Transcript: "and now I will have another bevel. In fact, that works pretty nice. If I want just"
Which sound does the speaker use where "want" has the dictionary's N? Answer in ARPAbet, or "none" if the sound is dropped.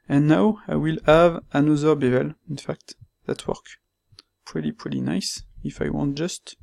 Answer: N